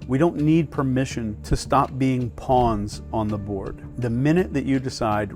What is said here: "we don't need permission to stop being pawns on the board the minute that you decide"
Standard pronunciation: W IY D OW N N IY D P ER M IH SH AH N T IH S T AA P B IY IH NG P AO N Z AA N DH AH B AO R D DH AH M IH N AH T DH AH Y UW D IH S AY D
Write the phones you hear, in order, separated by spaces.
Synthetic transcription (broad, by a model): W IY D OW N N IY D P ER M IH SH AH N T IH S T AA P B IY IH NG P AO N Z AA N DH AH B AO R D DH AH M IH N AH T DH AH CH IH D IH S AY D